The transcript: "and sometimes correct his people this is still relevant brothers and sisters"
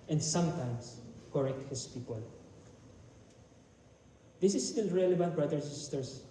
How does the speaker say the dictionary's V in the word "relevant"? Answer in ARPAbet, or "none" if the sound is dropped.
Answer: B